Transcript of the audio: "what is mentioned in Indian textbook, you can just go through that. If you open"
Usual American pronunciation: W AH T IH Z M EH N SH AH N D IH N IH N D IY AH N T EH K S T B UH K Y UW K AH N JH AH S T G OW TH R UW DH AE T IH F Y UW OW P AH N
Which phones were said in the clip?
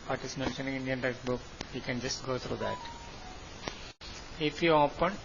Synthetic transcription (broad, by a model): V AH T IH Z M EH N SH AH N IH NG IH N D IY AH N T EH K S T B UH K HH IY K AH N JH AH S T G OW T R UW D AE T IH F Y UW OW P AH N